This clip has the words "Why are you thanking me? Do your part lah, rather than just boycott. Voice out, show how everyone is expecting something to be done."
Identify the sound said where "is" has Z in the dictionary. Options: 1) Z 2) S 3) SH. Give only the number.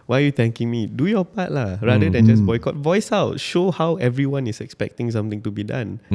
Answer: 2